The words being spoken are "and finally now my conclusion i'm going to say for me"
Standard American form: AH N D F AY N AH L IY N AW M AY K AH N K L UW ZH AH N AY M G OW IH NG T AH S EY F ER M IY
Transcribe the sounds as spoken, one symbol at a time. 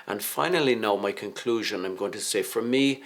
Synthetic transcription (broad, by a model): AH N F AY N AH L IY N AW M AY K AH N K L UW ZH AH N AY M G OW IH NG T AH S EY F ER M IY